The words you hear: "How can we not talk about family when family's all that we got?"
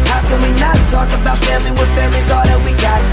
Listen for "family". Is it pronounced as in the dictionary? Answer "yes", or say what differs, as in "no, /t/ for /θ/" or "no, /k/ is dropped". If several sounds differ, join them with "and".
no, /m/ is dropped